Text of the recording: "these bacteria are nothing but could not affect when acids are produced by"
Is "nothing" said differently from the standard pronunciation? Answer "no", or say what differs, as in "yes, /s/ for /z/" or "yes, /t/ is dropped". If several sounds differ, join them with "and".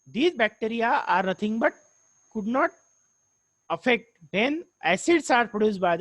yes, /t/ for /θ/